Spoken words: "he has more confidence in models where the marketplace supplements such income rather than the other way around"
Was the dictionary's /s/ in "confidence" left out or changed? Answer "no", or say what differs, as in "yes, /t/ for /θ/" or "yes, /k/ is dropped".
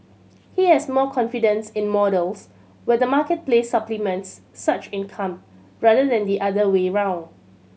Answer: no